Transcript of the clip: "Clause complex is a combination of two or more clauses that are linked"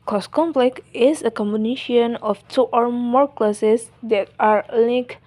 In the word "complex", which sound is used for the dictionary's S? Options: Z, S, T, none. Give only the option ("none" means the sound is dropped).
none